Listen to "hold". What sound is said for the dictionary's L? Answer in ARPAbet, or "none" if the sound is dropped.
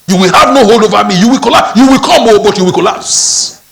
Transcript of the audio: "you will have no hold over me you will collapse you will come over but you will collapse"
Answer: L